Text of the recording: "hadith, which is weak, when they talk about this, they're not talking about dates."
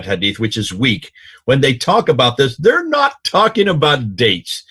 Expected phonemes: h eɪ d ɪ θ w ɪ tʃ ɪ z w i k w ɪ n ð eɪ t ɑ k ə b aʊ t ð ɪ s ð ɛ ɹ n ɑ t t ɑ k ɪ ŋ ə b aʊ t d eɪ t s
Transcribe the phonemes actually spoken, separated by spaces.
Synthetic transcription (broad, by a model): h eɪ d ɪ θ w ɪ tʃ ɪ z w i k w ɪ n ð eɪ t ɑ k ə b aʊ t ð ɪ s ð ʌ ɹ n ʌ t t ɑ k ɪ ŋ ə b aʊ t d eɪ t s